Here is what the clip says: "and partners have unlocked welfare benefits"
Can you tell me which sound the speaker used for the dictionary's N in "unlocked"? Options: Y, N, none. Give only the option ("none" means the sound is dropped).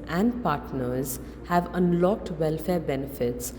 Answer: N